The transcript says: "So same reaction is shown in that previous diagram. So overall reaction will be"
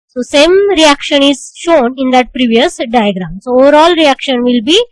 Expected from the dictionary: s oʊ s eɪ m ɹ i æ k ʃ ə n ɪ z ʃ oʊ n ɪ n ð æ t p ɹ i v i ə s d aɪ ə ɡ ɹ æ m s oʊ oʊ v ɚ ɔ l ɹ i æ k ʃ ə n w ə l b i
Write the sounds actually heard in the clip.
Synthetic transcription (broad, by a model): s oʊ s eɪ m ɹ i æ k ʃ ə n ɪ z ʃ oʊ n ɪ n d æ t p ɹ i v i ə s d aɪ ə ɡ ɹ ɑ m s oʊ oʊ v ɚ ɔ l ɹ i æ k ʃ ə n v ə l b i